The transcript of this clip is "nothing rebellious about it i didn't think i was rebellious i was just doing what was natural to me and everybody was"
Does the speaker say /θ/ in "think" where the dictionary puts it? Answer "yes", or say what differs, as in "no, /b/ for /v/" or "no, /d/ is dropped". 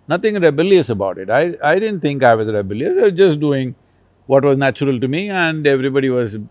no, /t/ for /θ/